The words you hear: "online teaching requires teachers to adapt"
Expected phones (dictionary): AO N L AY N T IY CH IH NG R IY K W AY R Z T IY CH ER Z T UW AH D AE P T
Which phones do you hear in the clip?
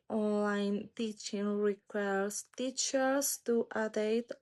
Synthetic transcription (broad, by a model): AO N L AY N T IY CH IH NG R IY K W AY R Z T IY CH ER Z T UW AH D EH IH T